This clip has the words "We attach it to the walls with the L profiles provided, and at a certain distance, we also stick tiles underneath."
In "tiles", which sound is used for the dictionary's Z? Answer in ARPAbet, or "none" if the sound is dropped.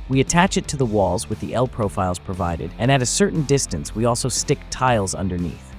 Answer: Z